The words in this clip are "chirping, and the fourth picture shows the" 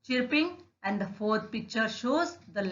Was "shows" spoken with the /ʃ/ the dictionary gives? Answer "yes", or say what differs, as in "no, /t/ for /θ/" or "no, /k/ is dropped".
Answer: yes